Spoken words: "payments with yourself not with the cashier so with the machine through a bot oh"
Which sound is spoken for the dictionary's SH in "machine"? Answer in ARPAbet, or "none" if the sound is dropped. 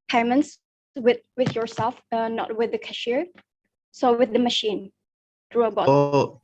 SH